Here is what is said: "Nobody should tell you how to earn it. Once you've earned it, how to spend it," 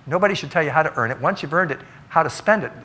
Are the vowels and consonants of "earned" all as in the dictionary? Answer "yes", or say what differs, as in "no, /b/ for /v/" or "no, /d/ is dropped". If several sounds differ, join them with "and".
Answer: yes